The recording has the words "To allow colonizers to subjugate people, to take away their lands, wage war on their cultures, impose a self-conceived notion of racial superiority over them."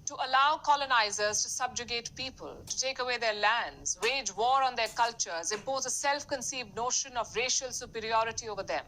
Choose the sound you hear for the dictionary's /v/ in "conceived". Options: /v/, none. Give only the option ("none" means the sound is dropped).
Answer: /v/